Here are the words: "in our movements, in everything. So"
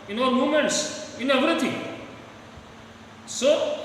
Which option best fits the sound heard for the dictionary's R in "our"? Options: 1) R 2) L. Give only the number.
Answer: 2